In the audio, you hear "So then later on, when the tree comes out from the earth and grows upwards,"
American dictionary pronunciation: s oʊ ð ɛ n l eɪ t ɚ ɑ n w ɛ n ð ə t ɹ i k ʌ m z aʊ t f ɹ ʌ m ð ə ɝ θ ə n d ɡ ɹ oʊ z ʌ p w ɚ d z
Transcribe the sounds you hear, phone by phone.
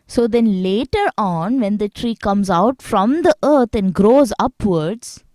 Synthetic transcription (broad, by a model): s oʊ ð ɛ n l eɪ t ɚ ɑ n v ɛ n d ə t ɹ i k ʌ m z aʊ t f ɹ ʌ m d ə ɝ t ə n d ɡ ɹ oʊ z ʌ p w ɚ d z